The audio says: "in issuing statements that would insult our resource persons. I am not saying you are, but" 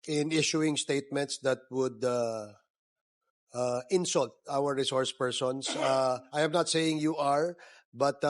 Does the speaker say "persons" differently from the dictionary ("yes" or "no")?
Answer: yes